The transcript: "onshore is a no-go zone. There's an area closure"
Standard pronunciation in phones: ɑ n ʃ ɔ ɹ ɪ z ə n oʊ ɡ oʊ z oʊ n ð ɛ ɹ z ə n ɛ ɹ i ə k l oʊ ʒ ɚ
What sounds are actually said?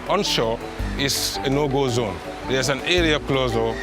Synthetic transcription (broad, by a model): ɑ n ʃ ɔ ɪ s ə n oʊ ɡ oʊ z oʊ n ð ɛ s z ə n ɛ ɹ i ə k l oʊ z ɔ